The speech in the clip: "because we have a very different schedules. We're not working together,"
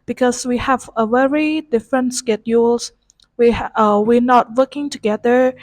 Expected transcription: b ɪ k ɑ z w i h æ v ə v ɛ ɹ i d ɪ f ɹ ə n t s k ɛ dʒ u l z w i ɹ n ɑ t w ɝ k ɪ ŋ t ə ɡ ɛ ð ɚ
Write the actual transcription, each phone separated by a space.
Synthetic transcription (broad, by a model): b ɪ k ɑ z w i h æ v ə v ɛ ɹ i d ɪ f ɹ ə n t s k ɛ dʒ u l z w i w n ɑ t w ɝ k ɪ ŋ t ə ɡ ɛ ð ɚ